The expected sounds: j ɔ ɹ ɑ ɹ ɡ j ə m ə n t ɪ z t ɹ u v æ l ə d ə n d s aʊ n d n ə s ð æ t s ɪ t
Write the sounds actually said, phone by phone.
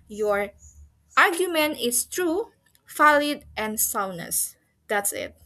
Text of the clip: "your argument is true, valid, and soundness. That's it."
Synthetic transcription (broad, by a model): j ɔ ɹ ɑ ɹ ɡ j ə m ə n t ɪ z t ɹ u f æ l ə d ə n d s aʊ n n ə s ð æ t s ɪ t